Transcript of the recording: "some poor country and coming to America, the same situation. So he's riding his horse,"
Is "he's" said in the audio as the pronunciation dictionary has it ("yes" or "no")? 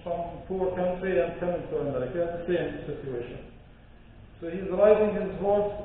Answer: yes